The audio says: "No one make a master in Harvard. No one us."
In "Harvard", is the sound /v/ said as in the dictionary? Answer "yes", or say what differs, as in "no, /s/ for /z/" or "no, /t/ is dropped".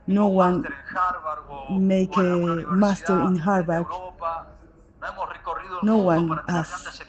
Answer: no, /b/ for /v/